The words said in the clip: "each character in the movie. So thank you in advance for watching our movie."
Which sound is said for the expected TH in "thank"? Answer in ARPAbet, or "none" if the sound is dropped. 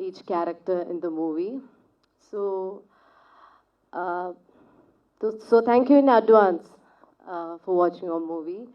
S